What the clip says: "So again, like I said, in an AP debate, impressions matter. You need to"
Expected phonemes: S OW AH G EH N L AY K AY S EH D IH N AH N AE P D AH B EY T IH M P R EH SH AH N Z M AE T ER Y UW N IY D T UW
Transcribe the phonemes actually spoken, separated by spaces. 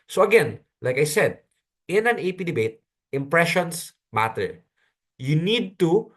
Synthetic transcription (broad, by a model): S OW AH G EH N L AY K AY S EH D IH N AH N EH P D AH B EY T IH M P R EH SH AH N S M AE T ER Y UW N IY D T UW